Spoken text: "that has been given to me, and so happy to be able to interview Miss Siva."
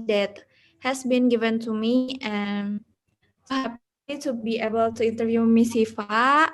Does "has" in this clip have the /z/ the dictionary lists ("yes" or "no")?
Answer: no